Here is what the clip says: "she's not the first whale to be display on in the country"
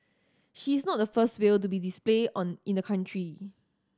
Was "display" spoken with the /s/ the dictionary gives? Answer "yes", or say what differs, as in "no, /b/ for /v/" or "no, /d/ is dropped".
yes